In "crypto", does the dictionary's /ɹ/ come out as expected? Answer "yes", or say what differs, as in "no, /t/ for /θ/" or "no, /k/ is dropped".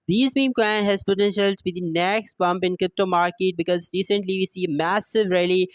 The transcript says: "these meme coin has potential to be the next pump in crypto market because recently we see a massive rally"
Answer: yes